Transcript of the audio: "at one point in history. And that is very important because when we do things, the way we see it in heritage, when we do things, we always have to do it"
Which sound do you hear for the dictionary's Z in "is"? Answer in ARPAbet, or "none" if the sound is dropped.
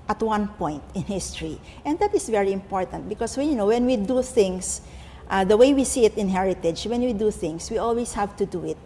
S